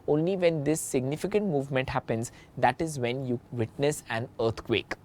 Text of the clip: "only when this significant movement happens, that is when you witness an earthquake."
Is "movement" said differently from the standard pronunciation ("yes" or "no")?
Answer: no